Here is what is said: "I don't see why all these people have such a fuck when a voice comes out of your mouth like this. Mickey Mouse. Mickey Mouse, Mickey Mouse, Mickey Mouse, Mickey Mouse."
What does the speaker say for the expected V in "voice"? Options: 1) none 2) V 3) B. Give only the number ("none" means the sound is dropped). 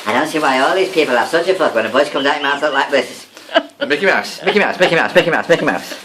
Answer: 3